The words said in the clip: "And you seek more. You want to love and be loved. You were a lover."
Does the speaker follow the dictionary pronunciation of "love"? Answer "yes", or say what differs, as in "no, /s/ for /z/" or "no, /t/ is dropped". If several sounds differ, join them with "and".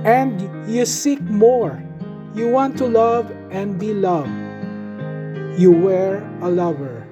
yes